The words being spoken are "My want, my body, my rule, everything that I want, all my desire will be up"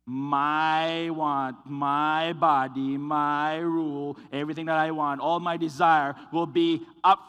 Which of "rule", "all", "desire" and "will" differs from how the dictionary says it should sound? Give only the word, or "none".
none